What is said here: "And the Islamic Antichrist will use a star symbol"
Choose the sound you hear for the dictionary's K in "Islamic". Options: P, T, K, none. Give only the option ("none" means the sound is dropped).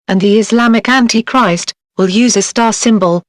K